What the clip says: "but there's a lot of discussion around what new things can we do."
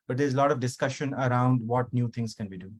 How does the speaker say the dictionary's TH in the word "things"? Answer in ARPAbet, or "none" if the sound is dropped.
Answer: T